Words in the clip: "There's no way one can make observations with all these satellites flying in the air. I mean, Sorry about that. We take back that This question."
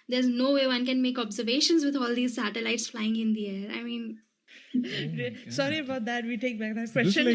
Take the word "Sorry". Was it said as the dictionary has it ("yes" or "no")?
yes